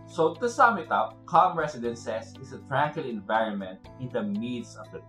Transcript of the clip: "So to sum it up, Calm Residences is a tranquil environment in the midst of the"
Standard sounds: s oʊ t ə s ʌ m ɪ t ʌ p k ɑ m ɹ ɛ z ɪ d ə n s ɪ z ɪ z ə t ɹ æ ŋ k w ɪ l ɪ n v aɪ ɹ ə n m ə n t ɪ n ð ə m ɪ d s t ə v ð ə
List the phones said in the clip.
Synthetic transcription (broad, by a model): s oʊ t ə s ʌ m ɪ t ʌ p k ɑ m ɹ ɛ s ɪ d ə n s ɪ s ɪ s ə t ɹ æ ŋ k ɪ l ɪ n v aɪ ɹ ə n m ə n t ɪ n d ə m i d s ə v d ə